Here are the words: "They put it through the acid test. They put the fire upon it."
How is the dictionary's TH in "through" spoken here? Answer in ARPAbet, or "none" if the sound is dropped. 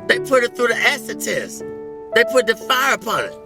TH